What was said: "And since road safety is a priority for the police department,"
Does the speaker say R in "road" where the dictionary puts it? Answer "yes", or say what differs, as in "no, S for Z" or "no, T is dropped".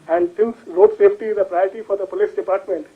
no, L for R